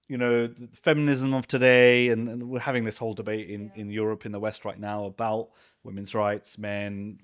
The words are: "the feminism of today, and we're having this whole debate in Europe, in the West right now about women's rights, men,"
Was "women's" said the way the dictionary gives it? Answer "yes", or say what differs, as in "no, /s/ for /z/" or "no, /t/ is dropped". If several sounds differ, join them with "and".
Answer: yes